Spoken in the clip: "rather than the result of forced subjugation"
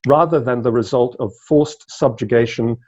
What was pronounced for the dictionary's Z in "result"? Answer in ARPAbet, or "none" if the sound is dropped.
Z